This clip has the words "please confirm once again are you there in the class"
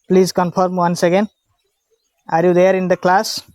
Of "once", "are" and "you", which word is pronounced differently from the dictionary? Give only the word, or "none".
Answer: none